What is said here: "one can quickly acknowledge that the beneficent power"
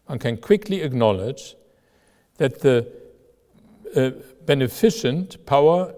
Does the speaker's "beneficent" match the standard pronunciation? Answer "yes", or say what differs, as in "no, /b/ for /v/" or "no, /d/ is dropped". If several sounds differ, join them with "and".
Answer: yes